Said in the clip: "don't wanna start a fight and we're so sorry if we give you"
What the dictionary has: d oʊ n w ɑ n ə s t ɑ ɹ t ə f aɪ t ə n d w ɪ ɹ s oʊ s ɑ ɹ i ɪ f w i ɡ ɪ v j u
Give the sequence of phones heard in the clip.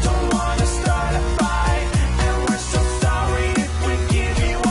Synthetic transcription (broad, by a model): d oʊ n w ɑ n ə s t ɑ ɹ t ə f aɪ ə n w ɪ ɹ s oʊ s ɑ ɹ i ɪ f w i ɡ ɪ v j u